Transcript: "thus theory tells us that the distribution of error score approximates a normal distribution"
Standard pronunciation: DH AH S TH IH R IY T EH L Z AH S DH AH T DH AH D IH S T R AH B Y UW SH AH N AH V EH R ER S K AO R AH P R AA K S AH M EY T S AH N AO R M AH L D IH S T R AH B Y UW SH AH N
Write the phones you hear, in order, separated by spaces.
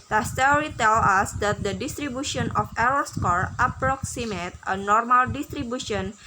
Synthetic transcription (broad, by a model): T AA S T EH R IY T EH L AH S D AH T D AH D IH S T R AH B Y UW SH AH N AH F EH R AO S K AO R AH P R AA K S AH M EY T AH N AO R M AH L D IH S T R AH B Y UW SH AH N